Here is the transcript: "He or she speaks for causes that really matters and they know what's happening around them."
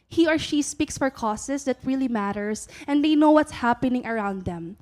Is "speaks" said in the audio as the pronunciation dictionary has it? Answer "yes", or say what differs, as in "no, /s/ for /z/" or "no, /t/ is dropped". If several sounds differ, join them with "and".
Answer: yes